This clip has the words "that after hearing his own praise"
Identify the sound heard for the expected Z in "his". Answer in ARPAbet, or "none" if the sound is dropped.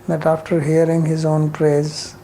Z